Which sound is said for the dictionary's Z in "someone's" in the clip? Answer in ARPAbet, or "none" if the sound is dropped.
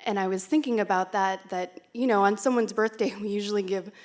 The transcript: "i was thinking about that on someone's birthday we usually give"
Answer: Z